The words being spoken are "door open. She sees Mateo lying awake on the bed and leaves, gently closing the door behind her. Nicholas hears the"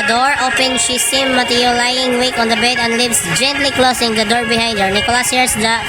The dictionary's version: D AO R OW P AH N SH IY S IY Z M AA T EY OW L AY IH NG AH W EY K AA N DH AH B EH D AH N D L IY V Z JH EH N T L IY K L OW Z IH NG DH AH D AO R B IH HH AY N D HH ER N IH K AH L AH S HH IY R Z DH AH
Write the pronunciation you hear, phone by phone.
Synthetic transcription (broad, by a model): D AO R OW P AH N SH IY S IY M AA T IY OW L AY IH NG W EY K AA N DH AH B EH D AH N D L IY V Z JH EH N T L IY K L OW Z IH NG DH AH D AO R B IH HH AY N D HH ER N IH K AH L AH S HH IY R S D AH